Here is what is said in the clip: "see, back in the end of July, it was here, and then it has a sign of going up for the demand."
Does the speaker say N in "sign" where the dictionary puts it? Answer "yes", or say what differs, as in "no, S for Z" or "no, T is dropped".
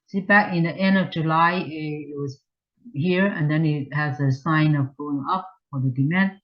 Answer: yes